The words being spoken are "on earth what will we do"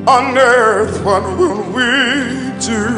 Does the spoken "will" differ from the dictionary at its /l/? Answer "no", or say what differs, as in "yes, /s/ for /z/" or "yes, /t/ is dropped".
yes, /n/ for /l/